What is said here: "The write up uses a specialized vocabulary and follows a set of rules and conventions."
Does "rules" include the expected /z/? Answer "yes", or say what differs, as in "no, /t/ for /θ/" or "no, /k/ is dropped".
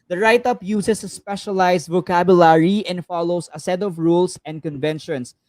no, /s/ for /z/